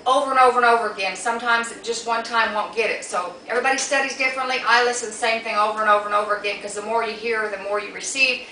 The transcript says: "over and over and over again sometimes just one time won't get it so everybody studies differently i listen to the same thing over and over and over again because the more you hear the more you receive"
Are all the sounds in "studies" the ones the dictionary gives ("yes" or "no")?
yes